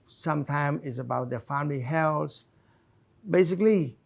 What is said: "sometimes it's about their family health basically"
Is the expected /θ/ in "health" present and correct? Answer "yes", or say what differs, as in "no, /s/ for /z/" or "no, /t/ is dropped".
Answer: no, /s/ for /θ/